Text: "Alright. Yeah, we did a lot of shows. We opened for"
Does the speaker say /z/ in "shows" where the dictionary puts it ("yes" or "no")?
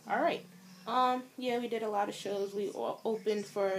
yes